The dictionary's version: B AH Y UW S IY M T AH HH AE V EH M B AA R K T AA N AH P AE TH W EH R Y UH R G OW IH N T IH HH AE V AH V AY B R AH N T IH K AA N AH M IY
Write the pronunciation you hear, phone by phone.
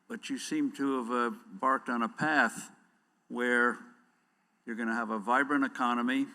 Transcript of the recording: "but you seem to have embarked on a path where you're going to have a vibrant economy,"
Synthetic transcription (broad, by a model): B AH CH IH S IY M T AH V B AA R K T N AH P AE TH W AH R Y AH R G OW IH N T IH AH V AH V AY B R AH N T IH K AA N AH M IY